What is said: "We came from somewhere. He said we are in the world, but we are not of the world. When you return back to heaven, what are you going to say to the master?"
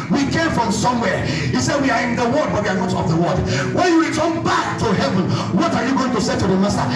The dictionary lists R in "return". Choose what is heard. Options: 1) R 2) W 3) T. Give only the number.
2